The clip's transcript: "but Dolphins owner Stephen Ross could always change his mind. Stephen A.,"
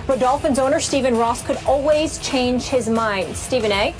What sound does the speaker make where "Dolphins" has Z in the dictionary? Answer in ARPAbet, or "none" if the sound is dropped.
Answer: Z